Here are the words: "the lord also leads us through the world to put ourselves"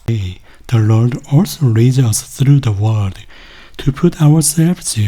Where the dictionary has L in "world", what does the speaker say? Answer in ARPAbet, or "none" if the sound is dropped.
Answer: none